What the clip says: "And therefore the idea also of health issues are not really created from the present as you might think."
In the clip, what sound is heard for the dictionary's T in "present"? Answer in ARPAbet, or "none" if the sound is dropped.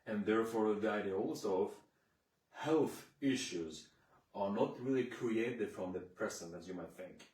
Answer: none